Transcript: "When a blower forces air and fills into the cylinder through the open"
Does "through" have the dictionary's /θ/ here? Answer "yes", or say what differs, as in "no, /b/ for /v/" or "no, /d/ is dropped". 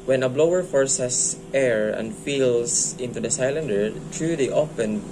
no, /t/ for /θ/